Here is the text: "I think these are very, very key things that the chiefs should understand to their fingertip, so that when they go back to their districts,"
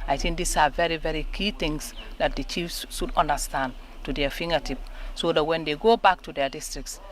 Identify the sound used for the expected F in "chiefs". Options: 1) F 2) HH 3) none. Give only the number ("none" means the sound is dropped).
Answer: 1